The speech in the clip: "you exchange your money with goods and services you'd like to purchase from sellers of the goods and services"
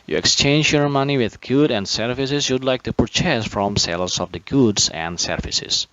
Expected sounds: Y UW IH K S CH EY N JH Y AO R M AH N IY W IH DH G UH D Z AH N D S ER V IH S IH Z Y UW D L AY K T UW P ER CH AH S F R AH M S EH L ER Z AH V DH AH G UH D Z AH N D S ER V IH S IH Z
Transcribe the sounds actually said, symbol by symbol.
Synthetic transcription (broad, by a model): Y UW IH K S CH EY N JH Y AO R M AH N IY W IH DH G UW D AH N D S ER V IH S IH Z Y UW D L AY K T UW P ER CH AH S F R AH M S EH L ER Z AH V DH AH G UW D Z AH N D S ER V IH S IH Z